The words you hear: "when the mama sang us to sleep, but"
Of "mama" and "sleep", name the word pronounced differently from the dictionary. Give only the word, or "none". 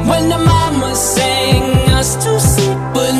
sleep